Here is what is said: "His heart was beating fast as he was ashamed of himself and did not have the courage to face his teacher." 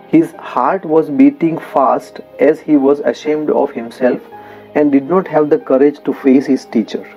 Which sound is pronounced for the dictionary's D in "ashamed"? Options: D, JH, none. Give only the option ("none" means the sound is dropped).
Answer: D